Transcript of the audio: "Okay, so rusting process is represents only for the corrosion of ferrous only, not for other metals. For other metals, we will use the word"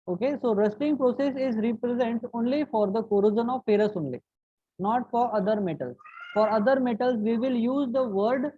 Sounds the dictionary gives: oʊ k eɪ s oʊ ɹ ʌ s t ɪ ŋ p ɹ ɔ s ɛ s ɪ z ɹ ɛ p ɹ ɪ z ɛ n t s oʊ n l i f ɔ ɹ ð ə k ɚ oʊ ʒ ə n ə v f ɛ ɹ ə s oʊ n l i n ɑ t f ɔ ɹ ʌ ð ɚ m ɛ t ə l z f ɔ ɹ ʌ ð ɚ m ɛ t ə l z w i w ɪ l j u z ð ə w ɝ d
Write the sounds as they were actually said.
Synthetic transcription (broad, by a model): oʊ k eɪ s oʊ ɹ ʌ s t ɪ ŋ p ɹ ɔ s ɛ s ɪ z ɹ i p ɹ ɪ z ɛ n t oʊ n l i f ɔ ɹ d ə k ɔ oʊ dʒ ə n ə v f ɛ ɹ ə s oʊ n l i n ɑ t f ɔ ɹ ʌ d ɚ m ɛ t ə l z f ɔ ɹ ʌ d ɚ m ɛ t ə l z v i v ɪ l j u z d ə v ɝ d